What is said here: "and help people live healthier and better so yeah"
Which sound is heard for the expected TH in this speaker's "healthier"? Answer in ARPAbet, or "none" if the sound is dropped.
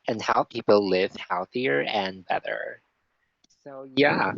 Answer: TH